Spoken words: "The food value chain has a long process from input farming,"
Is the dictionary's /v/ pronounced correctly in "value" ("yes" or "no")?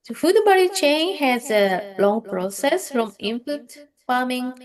no